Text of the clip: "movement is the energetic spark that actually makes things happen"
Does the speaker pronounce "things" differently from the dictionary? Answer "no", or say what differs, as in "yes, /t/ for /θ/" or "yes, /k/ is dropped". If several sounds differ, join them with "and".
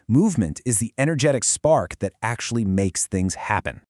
no